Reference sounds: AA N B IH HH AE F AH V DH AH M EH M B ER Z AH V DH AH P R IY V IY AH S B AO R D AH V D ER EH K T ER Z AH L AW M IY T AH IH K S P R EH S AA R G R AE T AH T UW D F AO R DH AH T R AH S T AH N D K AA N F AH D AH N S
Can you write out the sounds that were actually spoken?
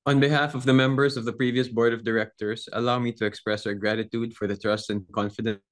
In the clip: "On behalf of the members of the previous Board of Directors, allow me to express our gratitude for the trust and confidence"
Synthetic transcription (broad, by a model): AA N B IH HH AE F AH V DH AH M EH M B ER S AH V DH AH P R IY V IY AH S B AO R D AH V D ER EH K T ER S AH L AW M IY T AH IH K S P R EH S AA R G R AE T AH T UW D F AO R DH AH T R AH S T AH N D K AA N F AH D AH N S